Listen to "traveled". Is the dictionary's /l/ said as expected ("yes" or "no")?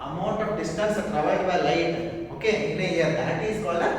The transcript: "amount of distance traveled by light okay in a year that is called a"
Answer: no